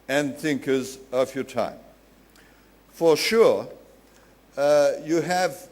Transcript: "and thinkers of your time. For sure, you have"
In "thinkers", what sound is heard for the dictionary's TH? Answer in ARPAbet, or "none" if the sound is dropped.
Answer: TH